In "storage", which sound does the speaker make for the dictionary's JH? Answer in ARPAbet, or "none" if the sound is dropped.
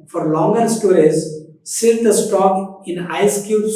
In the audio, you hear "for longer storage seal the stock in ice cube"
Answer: Z